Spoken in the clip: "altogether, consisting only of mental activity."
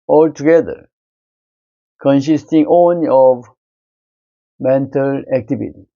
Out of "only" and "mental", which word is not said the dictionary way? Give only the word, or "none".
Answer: only